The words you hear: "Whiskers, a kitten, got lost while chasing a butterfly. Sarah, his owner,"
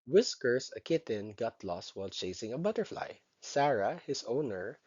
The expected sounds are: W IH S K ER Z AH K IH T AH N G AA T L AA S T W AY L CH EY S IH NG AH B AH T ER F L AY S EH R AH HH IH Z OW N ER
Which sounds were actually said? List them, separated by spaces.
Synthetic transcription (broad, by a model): W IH S K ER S AH K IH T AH N G AA T L AA S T W AY L CH EY S IH NG AH B AH T ER F L AY S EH R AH HH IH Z OW N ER